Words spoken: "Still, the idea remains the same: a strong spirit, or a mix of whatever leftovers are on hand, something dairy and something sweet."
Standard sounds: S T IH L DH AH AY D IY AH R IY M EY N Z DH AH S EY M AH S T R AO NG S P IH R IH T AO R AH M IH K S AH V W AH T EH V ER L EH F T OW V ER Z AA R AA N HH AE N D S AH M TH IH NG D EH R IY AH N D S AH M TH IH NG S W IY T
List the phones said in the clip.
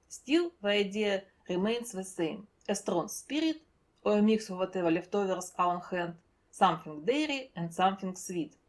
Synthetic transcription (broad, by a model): S T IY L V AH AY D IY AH R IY M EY N S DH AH S EY M AH S T R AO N S P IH R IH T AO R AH M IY K S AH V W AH T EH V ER L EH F T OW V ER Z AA L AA N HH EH N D S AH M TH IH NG D EH R IY AH N D S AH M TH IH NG S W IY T